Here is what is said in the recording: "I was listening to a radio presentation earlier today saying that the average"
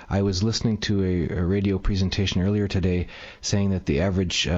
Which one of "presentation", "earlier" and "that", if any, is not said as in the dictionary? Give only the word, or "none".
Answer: none